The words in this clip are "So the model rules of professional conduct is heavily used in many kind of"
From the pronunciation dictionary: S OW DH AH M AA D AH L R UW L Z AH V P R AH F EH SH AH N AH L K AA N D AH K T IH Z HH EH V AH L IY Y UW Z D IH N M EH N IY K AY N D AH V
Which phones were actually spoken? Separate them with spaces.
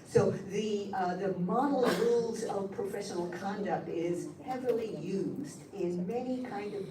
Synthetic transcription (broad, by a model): S OW DH AH M AA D L R UW L Z AH V P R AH F EH SH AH N L K AA N D AH K T IH Z HH EH V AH L IY Y UW Z D IH N M EH N IY K AY N D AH V